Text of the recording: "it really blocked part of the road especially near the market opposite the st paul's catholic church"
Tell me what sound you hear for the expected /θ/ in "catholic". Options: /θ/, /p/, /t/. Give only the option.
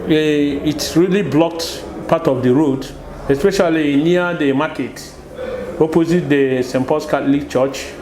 /t/